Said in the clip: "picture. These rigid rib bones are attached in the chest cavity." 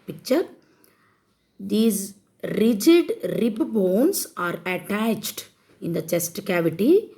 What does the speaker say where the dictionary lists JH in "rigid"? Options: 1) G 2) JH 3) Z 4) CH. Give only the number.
2